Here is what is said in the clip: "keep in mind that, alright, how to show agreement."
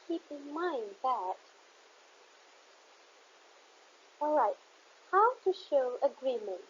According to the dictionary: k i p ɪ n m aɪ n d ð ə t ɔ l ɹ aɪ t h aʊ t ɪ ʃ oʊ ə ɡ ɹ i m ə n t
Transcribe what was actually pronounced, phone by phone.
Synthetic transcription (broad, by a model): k i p ɪ n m aɪ n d ð ə t ɔ l ɹ aɪ t h aʊ t ɪ ʃ oʊ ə ɡ ɹ i m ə n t